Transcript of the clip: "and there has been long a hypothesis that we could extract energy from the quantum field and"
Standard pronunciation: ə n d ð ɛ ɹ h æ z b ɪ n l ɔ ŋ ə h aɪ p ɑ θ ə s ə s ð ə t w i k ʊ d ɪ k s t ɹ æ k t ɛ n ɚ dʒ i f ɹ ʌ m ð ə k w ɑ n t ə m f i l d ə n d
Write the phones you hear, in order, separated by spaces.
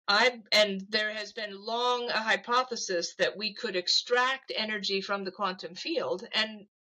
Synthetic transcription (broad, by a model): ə n ð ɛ ɹ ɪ z b ɪ n l ɔ ŋ ə h aɪ p ɑ θ ə s ə s ð ə t w i k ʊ d ɪ k s t ɹ æ k t ɛ n ɚ dʒ i f ɹ ʌ m ð ə k w ɑ n t ə m f i l d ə n